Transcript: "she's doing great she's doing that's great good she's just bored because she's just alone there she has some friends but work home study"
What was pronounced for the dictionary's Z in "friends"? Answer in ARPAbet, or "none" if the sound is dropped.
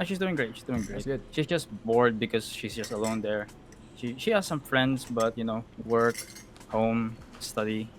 S